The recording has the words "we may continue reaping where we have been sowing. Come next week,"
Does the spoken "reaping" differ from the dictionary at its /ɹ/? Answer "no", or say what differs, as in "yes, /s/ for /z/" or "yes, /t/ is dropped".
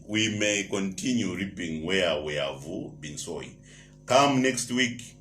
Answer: no